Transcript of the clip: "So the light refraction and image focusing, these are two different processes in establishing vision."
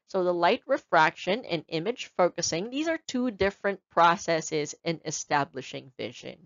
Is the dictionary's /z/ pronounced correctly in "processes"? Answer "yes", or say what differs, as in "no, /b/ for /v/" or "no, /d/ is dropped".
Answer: yes